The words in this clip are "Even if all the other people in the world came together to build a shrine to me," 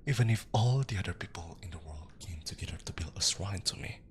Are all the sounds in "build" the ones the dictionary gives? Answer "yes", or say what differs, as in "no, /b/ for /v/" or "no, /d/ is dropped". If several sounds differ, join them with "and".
no, /d/ is dropped